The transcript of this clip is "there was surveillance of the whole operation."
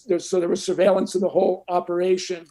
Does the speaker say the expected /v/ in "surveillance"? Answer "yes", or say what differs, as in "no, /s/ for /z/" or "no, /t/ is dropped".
yes